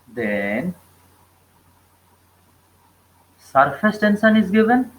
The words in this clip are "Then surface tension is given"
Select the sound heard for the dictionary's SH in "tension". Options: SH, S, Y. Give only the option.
S